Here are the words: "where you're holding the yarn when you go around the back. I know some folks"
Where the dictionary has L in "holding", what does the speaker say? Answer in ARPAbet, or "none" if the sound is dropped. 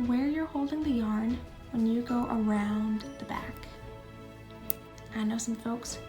L